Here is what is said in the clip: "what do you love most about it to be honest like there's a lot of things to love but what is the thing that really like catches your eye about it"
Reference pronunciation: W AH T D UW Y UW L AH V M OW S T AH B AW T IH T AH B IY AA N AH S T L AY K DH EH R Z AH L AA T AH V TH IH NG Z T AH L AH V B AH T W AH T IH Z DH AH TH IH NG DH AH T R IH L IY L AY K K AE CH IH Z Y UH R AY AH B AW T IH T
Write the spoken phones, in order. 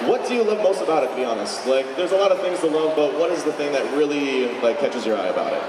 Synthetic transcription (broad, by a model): W AH T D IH Y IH L AH V M OW S T AH B AW T IH T AH B IY AA N AH S T L AY K DH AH R Z AH L AA T AH V TH IH NG Z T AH L AH V B AH T W AH T IH Z DH AH TH IH NG DH AH T R IH L IY L AY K K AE CH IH Z Y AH R AY AH B AW T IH T